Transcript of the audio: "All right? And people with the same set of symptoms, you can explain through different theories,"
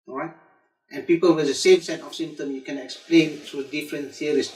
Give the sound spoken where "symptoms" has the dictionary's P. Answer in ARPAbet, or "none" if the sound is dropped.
none